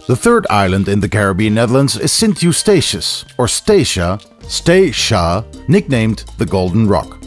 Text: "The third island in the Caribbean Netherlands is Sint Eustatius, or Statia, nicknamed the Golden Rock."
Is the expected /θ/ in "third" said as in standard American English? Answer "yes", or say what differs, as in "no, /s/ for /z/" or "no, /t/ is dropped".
yes